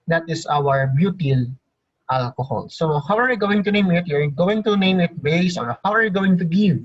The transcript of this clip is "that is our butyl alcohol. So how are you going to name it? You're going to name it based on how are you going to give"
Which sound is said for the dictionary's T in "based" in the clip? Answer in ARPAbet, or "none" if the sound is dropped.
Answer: none